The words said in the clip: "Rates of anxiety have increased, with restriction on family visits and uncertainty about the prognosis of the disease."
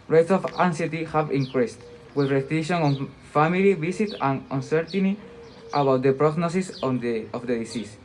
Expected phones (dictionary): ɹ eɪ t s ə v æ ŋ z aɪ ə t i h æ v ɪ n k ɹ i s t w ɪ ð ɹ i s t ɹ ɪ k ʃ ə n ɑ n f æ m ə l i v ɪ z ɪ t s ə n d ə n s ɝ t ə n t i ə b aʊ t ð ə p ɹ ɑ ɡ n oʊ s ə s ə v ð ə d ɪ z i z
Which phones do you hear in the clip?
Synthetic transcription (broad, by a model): ɹ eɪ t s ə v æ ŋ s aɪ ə t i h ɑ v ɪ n k ɹ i s t w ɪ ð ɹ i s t ɪ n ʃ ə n ɑ n f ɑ m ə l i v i s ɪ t ə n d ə n s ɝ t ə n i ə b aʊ t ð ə p ɹ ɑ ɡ n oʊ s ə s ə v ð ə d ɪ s i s